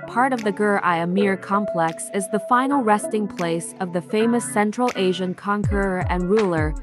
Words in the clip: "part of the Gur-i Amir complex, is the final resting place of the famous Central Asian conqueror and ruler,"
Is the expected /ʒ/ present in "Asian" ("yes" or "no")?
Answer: yes